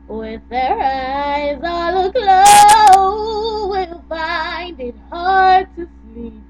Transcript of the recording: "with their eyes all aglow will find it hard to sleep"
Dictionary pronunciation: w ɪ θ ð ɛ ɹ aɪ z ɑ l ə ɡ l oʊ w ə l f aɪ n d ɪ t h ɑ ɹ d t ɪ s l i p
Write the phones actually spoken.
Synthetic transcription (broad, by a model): w ɪ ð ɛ ɹ aɪ z ɑ l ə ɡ l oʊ w ə l f aɪ n d ɪ t h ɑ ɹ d t ɪ s l i p